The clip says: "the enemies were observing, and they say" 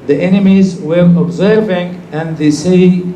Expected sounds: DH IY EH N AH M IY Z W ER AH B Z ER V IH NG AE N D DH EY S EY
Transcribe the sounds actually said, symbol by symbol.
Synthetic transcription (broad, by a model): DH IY EH N AH M IY Z W ER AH B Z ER V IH NG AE N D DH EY S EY